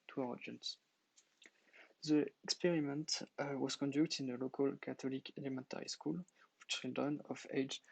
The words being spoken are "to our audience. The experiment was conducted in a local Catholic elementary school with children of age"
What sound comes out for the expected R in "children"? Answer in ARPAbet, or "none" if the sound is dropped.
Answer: none